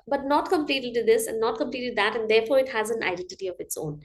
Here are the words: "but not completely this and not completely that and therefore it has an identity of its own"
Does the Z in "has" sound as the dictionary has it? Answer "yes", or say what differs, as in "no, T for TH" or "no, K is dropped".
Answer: yes